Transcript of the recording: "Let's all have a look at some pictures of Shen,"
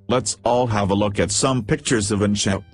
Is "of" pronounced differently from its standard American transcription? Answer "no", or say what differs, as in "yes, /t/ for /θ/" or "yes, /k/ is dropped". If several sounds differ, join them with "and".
no